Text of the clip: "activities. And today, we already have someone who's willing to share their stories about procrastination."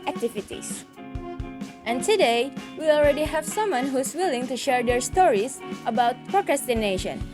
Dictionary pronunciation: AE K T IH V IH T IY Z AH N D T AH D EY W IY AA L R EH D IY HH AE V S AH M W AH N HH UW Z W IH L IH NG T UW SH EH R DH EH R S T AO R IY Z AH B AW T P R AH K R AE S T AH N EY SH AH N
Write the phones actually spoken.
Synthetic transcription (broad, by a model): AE K T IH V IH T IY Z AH N T AH D EY W IY AA L R EH D IY HH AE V S AH M W AH N HH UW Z W IH L IH NG T UW SH EH R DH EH R S T AO R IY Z AH B AW T P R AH K R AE S T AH N EY SH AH N